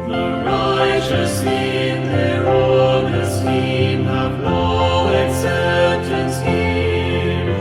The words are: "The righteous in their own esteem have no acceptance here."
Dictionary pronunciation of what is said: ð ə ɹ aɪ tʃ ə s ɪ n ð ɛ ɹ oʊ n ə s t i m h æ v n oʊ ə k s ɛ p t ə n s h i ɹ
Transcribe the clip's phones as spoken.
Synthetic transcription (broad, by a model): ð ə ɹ aɪ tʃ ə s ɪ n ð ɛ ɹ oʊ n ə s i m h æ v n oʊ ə s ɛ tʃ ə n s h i